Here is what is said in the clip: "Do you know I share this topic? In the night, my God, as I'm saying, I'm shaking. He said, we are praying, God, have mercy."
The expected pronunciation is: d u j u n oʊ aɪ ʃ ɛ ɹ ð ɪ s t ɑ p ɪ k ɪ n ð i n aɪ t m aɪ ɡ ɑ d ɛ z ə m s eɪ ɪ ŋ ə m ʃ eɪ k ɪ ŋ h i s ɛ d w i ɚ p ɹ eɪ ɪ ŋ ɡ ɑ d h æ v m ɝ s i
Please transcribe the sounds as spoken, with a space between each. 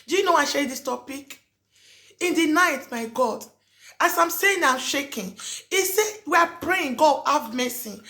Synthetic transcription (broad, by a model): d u j u n oʊ aɪ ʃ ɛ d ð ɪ s t ɑ p ɪ k ɪ n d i n aɪ t m aɪ ɡ ɑ d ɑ s ə m s eɪ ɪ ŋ ə m ʃ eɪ k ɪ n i s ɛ w i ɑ p ɹ eɪ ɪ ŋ ɡ ɑ d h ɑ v m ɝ s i